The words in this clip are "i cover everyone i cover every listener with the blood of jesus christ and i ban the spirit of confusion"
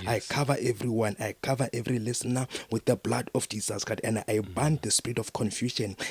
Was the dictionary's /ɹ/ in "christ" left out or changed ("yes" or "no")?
yes